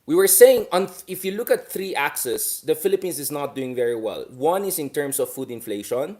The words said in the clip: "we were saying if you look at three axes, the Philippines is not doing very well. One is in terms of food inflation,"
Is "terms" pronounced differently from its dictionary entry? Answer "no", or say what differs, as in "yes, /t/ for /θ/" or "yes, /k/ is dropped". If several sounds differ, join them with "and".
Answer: yes, /s/ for /z/